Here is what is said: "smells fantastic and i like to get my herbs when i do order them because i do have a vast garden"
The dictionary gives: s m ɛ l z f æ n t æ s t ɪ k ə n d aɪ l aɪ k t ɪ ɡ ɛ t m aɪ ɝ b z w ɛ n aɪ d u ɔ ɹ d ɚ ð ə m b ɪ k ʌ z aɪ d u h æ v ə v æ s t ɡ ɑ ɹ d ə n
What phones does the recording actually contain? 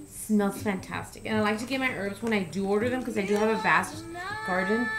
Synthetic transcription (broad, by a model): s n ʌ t f æ n t æ s t ɪ k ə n aɪ l aɪ k t ɪ ɡ ɛ t m aɪ ɝ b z w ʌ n aɪ d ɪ ɔ ɹ d ɚ ð ə m k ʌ z aɪ d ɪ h v ə v æ s t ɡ ɑ ɹ d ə n